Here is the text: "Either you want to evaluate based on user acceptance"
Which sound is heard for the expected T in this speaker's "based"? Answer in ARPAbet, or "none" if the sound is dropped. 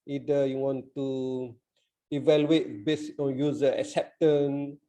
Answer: none